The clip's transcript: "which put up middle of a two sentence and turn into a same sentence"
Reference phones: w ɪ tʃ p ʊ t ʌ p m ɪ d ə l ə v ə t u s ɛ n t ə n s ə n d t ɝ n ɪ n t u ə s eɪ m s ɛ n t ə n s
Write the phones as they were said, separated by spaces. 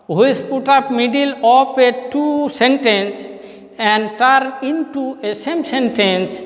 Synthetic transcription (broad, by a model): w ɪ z p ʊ t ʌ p m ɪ d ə l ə p ə t u s ɛ n t ə n s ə n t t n ɪ n t u ə s eɪ m s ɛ n t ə n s